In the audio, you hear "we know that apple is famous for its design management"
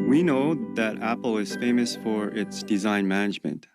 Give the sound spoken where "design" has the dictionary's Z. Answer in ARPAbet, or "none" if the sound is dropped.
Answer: Z